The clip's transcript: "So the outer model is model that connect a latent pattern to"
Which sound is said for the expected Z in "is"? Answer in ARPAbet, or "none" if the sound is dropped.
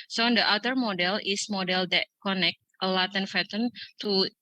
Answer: S